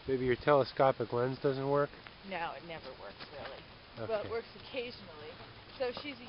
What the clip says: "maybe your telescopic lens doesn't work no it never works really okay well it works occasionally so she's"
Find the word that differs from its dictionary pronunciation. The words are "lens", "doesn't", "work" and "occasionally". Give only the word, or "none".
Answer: none